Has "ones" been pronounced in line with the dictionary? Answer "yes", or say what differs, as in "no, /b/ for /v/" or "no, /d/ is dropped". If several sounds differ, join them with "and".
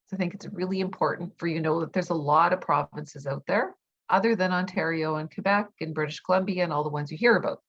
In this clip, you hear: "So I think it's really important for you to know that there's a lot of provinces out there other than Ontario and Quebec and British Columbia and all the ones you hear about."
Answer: yes